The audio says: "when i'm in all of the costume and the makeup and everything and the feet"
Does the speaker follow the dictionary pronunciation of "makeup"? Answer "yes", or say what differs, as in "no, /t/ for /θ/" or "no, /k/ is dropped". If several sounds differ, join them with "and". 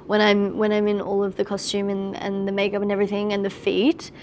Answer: yes